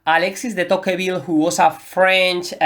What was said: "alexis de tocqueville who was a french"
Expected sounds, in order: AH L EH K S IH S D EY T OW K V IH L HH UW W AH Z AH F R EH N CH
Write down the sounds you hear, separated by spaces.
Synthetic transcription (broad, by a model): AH L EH K S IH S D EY T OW K B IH L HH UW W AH S AH F R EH N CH